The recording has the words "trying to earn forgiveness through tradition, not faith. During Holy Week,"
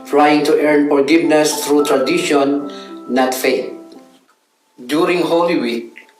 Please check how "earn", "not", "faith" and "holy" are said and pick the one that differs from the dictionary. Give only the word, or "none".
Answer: faith